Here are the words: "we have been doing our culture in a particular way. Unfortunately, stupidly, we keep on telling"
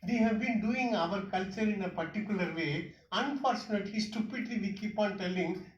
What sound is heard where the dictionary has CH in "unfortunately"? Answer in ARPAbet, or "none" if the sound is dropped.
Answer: CH